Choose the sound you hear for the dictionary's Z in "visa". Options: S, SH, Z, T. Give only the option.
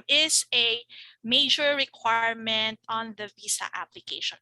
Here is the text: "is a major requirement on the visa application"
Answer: S